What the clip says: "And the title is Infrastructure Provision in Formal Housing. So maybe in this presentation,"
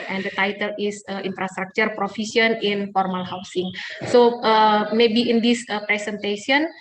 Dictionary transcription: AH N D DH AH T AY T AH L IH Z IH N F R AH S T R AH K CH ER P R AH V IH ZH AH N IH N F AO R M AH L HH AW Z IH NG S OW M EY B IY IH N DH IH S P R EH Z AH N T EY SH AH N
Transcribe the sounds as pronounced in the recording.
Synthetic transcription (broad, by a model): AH N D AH T AY T AH L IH S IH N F R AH S T R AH K CH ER P R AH F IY S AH N IH N F AO R M AH L HH AW S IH NG S OW M EY B IY IH N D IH S P R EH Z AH N T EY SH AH N